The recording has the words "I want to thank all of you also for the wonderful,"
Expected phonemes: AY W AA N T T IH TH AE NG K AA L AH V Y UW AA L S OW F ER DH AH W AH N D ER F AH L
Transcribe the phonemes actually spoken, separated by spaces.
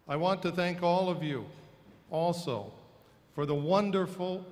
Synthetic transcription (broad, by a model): AY W AA N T T IH TH AE NG K AA L AH V Y UW AA L S OW F ER DH AH W AH N D ER F L